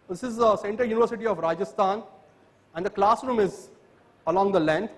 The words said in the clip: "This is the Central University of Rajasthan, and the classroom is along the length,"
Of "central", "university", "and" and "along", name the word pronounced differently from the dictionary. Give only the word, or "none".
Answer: central